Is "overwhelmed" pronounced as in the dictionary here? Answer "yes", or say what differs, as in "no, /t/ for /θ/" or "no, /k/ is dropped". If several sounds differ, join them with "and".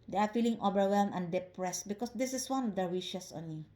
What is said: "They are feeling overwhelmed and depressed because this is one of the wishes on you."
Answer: no, /d/ is dropped